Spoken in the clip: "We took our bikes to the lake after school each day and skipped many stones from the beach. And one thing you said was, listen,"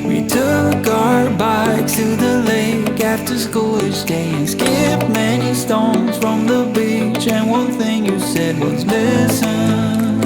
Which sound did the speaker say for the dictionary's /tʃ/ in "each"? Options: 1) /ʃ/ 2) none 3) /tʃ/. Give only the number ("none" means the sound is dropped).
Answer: 1